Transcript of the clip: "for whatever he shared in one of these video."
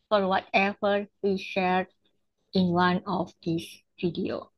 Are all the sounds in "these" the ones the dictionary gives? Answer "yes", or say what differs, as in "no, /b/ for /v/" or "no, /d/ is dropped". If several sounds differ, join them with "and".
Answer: no, /s/ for /z/